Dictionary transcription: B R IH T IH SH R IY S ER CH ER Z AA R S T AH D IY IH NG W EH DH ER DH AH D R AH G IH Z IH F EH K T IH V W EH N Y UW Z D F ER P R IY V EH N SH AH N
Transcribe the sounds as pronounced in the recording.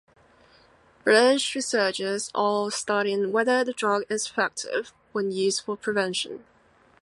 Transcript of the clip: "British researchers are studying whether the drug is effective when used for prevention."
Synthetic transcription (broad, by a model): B R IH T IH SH R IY S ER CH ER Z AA L S T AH D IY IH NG W EH DH ER DH AH D R AH G IH Z F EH K T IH V W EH N Y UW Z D F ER P R IY V EH N SH AH N